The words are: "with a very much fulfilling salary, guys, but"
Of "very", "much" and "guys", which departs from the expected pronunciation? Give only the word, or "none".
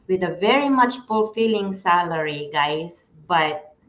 guys